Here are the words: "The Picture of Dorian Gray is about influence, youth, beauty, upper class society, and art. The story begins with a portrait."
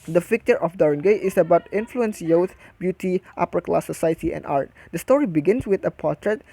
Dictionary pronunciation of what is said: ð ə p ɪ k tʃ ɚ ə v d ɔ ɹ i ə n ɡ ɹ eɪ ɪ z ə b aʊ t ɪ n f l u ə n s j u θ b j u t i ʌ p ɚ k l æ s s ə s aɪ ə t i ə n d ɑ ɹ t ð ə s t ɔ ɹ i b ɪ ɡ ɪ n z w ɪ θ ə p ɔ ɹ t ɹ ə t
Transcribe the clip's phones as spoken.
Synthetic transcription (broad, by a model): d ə f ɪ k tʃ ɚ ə f d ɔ ɹ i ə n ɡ eɪ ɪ s ə b aʊ t ɪ n f l u ə n s j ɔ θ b j u t i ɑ p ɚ k l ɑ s s ə s aɪ ə t i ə n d ɑ ɹ t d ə s t ɔ ɹ i b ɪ ɡ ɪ n s w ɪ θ ə p ɔ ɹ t ɹ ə t